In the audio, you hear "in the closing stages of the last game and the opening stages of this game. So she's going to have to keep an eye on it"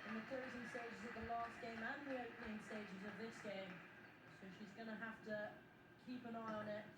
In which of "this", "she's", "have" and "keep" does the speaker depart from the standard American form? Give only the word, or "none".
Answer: have